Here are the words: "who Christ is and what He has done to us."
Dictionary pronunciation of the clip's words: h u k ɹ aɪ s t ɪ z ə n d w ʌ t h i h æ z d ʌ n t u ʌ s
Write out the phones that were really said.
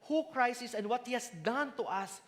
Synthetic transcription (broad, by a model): h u k ɹ aɪ s ɪ s ə n d w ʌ t h i h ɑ s d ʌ n t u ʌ s